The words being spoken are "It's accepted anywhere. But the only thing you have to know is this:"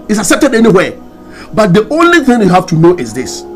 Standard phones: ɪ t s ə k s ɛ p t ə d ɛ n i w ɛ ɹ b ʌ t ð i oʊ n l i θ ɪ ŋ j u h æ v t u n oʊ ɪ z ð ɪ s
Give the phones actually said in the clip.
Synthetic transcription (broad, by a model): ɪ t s ə k s ɛ p t ə d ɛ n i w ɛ b ʌ t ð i oʊ n l i θ ɪ ŋ j u h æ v t u n oʊ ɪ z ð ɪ s